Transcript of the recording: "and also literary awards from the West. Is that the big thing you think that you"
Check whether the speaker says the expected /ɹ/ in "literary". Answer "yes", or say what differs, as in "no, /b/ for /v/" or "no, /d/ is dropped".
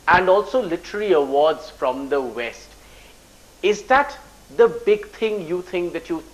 no, /l/ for /ɹ/